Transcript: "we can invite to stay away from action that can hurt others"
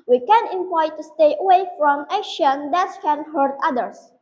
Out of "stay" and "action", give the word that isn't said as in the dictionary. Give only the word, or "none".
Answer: action